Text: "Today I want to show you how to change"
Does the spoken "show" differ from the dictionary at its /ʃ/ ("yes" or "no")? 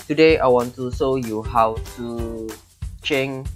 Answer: yes